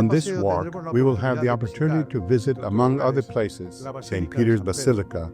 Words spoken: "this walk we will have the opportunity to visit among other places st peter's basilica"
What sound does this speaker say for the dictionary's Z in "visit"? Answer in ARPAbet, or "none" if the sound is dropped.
Z